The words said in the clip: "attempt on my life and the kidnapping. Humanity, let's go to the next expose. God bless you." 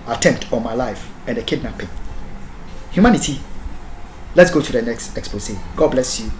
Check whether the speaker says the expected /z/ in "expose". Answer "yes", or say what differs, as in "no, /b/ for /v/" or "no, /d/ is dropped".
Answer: no, /s/ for /z/